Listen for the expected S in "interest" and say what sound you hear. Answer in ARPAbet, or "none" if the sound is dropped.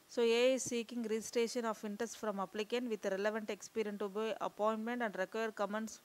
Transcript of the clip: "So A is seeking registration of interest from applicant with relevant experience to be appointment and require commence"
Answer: S